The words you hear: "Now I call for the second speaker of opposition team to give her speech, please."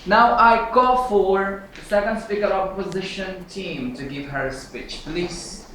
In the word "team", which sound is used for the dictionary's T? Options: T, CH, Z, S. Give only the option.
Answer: T